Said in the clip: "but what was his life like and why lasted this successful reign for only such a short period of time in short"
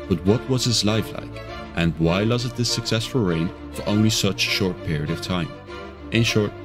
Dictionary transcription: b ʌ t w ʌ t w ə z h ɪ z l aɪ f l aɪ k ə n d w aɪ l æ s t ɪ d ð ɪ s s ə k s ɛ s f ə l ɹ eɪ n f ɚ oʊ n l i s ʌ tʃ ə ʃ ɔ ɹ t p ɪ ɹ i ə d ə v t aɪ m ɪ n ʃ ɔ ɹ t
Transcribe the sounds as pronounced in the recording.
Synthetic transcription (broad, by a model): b ʌ t w ʌ t w ə z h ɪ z l aɪ f l aɪ k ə n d w aɪ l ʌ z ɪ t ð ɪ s s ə k s ɛ s f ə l ɹ eɪ n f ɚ oʊ n l i s ʌ tʃ ʃ ɔ ɹ t p ɪ ɹ i ə d ə v t aɪ m ɪ n ʃ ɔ ɹ t